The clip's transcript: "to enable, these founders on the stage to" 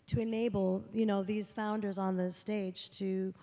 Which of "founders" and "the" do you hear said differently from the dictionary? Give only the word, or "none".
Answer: none